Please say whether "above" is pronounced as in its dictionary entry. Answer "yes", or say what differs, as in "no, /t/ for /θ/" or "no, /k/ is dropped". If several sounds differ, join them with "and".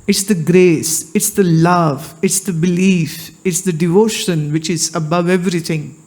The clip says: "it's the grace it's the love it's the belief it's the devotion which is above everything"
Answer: yes